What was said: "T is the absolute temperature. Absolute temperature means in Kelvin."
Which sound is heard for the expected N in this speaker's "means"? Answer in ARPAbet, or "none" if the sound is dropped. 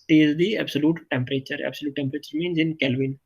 N